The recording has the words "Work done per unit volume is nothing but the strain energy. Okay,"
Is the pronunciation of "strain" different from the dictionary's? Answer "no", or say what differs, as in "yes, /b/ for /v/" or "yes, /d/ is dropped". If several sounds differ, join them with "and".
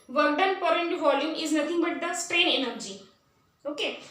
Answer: no